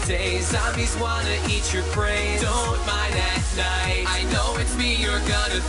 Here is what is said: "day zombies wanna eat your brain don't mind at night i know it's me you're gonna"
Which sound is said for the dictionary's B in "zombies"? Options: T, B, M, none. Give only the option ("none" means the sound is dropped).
none